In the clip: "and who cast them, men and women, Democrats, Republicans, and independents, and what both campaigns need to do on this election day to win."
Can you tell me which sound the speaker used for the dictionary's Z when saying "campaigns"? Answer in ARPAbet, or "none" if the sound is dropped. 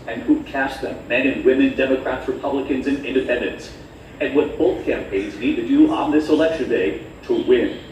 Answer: Z